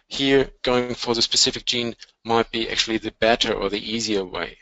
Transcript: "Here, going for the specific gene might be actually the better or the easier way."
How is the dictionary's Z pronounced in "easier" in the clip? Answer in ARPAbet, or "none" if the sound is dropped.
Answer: Z